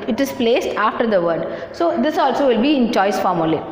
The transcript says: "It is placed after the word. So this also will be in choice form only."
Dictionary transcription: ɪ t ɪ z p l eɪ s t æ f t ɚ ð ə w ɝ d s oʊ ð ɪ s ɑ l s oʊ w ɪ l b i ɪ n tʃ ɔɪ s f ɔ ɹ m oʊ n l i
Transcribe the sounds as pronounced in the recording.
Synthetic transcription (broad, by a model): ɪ t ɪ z p l eɪ s t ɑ f t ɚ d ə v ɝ d s oʊ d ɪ s ɑ l s oʊ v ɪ l b i ɪ n tʃ ɔɪ s f ɔ ɹ m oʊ l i